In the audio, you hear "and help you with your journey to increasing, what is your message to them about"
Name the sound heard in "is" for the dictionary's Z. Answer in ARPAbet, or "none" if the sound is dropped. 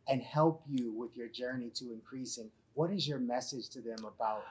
Z